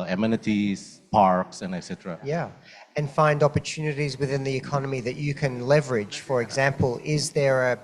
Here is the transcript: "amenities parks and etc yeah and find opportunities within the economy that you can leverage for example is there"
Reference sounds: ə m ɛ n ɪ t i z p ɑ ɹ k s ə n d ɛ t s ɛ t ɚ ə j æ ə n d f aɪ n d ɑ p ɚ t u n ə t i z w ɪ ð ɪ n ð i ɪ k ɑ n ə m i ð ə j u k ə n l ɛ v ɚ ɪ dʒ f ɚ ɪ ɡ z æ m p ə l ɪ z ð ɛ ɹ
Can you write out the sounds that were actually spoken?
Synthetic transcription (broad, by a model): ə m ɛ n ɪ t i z p ɑ ɹ k s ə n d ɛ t s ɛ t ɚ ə j æ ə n f aɪ n d ɑ p ɚ t u n ə t i z w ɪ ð ɪ n ð i ɪ k ɑ n ə m i ð ə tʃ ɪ k ə n l ɛ v ɚ ɪ dʒ f ɚ ɪ ɡ z æ m p ə l ɪ z ð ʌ ɹ